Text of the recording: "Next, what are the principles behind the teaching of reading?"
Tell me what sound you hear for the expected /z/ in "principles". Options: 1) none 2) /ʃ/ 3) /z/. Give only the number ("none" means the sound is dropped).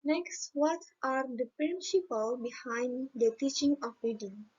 1